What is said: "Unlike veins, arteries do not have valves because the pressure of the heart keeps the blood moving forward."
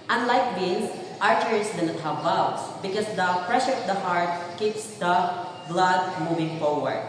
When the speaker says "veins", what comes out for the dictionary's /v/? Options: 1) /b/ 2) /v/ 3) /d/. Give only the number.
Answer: 1